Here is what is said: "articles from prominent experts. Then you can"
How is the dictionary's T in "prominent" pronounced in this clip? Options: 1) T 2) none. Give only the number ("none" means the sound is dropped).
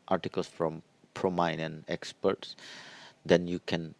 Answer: 2